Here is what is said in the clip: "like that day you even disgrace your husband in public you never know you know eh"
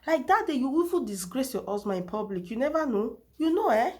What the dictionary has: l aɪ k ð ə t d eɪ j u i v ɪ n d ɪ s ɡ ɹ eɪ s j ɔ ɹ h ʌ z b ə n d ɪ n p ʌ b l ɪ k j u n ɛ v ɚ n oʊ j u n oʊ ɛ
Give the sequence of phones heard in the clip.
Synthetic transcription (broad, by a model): l aɪ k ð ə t d eɪ j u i f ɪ l d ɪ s ɡ ɹ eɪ s j ɔ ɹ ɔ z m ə ɪ n p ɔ b l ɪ k j u n ɛ v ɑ n oʊ j u n oʊ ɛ